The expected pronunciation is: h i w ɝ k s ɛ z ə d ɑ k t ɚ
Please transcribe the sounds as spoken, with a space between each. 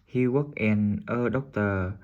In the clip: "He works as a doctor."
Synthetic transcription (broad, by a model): h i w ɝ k ɛ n ə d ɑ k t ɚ